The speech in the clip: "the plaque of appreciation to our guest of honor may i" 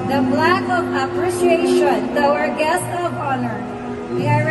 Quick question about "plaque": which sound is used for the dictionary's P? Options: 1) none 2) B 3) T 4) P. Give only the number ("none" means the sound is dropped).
2